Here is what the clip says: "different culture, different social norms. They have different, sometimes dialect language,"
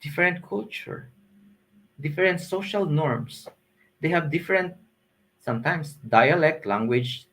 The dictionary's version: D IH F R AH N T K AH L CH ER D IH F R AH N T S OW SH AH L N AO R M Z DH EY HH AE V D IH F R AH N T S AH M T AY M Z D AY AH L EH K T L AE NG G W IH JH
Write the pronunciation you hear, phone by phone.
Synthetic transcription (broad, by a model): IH F R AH N T K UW L CH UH D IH F R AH N T S OW SH AH L N AO R M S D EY HH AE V D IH F R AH N T S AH M T AY M S D AY AH L EH K T L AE NG G W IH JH